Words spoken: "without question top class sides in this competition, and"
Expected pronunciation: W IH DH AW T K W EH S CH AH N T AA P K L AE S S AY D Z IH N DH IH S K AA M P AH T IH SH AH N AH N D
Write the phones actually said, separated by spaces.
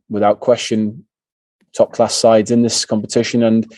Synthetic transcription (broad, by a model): W IH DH AW T K W EH S CH AH N T AA P K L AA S S AY D Z IH N DH IH S K AA M P AH T IH SH AH N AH N